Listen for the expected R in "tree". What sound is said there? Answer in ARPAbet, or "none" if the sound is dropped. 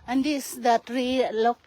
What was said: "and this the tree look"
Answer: R